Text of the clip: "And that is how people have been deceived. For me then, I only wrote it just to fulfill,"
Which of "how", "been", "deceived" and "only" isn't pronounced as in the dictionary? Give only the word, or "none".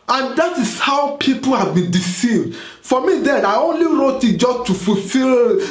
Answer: none